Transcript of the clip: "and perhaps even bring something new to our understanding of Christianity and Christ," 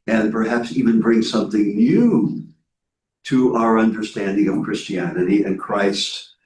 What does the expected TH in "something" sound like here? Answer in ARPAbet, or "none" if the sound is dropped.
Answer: TH